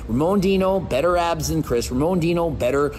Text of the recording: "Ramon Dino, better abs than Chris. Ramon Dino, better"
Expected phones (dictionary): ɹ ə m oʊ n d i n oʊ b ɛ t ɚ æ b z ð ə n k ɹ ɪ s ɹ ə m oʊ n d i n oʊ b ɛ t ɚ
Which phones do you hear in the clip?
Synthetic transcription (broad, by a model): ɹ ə m oʊ n d i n oʊ b ɛ t ɚ æ b z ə n k ɹ ɪ s ɹ ə m oʊ n d i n oʊ b ɛ t ɚ